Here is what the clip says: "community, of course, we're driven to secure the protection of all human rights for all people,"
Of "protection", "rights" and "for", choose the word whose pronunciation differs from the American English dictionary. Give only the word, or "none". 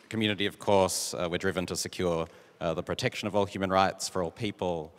none